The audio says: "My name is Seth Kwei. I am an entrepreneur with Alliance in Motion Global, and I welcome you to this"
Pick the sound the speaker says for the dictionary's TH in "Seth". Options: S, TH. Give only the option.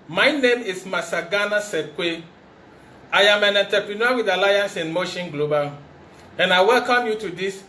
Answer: S